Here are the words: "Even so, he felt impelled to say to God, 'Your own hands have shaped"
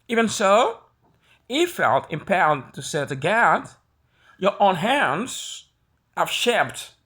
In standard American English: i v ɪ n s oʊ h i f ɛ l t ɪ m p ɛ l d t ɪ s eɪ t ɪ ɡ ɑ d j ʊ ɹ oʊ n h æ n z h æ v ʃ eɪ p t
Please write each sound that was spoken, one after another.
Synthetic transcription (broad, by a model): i v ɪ n s oʊ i f ɛ l t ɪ m p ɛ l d t ɪ s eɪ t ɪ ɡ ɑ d j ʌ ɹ oʊ n h æ n z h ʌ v ʃ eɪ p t